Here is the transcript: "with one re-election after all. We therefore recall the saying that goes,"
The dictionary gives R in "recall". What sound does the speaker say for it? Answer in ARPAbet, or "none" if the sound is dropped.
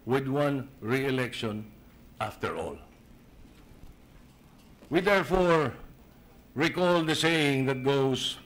R